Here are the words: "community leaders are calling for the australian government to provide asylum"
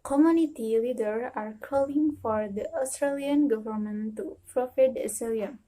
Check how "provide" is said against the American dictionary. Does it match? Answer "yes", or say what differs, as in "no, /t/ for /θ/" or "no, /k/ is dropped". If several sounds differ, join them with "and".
no, /f/ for /v/